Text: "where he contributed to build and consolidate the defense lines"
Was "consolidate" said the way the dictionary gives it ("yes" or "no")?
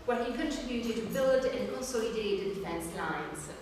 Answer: no